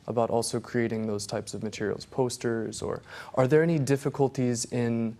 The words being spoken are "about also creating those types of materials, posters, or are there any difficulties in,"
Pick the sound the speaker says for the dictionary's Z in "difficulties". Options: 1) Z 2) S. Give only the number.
1